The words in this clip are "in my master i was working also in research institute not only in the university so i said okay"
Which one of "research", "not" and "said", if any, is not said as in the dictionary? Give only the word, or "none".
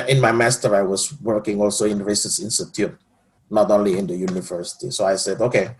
research